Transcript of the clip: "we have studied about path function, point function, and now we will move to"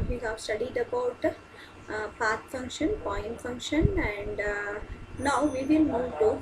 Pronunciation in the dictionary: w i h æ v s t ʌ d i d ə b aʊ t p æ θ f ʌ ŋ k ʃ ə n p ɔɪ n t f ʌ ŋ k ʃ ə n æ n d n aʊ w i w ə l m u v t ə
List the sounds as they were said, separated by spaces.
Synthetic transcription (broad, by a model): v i h æ v s t ʌ d i d ə b aʊ t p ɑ t f ʌ ŋ k ʃ ə n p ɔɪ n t f ʌ ŋ k ʃ ə n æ n d n aʊ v i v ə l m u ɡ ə